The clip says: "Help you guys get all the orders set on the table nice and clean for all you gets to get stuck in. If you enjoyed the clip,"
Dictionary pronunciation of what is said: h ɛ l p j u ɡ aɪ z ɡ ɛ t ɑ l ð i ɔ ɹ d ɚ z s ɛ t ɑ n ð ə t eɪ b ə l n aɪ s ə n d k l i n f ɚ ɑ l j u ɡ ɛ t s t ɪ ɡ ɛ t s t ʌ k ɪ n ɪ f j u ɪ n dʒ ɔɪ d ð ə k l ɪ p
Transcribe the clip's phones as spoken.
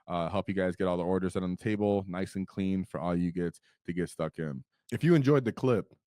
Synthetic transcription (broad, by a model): h ɛ l p j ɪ ɡ aɪ z ɡ ɛ t ɑ l ð i ɔ ɹ d ɚ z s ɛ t n ð ə t eɪ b l n aɪ s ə n k l i n f ɚ ɑ l j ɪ ɡ ɛ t t ɪ ɡ ɛ t s t ʌ k ɪ n ɪ f j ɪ ɪ n dʒ ɔɪ d ð ə k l ɪ p